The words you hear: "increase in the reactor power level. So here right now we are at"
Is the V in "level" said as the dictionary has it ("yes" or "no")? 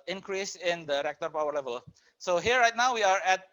yes